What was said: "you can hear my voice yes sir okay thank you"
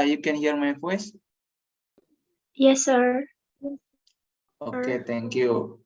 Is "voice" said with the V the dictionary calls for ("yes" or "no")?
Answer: no